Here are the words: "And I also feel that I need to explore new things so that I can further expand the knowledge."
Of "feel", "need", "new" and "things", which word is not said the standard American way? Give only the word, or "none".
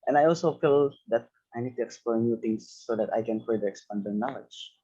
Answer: things